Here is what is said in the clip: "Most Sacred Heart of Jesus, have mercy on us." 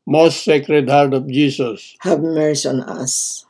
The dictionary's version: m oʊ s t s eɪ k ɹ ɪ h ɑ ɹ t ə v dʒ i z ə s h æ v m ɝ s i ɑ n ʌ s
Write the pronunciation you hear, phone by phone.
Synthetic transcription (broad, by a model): m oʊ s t s eɪ k ɹ ɪ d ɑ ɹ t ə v dʒ i s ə s h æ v m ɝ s ɑ n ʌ s